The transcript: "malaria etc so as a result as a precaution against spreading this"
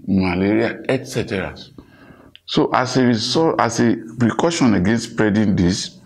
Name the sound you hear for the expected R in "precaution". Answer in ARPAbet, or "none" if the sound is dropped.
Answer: R